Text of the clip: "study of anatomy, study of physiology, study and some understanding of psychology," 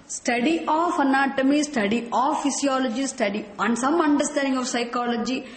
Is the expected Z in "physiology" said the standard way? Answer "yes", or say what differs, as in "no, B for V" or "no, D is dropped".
no, S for Z